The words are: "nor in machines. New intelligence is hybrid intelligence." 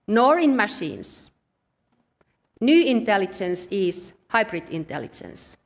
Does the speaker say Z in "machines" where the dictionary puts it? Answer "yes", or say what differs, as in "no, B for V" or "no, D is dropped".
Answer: no, S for Z